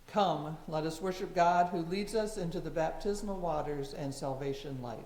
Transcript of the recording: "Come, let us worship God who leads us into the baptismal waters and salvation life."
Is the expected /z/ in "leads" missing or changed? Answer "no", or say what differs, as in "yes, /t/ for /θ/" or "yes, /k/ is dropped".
no